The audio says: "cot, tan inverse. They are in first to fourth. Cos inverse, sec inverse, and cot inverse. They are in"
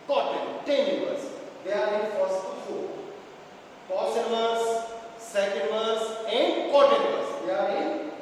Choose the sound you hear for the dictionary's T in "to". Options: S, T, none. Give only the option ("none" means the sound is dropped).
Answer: S